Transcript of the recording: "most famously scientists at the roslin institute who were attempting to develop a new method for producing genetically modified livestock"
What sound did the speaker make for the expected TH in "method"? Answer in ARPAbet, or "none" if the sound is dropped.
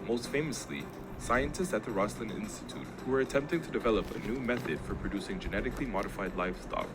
TH